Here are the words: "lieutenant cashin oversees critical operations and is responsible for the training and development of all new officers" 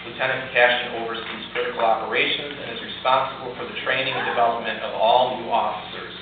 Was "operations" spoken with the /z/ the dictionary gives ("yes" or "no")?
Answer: yes